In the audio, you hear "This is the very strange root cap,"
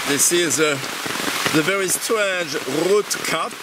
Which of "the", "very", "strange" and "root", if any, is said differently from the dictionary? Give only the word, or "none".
strange